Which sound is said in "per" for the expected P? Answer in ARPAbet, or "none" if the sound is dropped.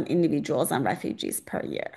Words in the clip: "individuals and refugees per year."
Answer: P